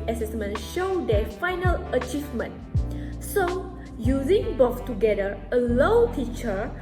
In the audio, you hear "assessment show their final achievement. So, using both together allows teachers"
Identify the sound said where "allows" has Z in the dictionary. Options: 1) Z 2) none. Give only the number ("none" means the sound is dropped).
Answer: 2